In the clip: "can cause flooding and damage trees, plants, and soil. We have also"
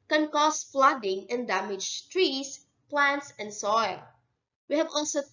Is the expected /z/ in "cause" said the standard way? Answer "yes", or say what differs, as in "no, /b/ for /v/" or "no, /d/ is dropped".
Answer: no, /s/ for /z/